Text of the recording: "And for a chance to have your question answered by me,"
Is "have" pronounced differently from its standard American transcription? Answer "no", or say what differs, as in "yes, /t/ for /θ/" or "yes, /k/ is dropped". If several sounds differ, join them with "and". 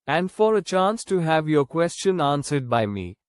no